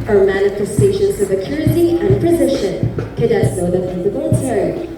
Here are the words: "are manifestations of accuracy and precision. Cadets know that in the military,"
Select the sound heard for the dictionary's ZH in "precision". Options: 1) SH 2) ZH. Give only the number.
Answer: 1